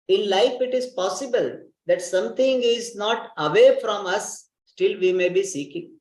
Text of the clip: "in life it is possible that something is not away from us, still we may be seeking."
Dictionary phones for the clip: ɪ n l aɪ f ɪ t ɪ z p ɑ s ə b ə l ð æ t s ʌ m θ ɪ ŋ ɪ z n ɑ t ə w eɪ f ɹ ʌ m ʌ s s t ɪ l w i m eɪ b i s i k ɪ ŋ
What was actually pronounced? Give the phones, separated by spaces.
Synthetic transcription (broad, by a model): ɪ n l aɪ f ɪ t ɪ z p ɑ s ə b ə l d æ t s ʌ m t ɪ ŋ ɪ z n ɑ t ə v eɪ f ɹ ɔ m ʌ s s t ɪ l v i m eɪ b i s i k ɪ ŋ